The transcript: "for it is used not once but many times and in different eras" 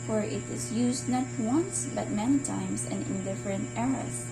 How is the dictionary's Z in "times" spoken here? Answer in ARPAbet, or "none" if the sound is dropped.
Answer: S